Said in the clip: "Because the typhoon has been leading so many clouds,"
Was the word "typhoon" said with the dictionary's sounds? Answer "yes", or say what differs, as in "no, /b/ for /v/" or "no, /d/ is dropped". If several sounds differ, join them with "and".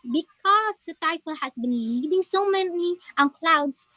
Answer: no, /l/ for /n/